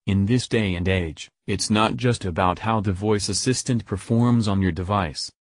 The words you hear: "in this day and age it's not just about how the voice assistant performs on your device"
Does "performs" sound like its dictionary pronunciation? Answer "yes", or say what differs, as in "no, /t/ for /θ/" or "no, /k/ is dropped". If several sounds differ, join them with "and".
yes